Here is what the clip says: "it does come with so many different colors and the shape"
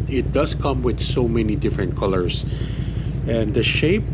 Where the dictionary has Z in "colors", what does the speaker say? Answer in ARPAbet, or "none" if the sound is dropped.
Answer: S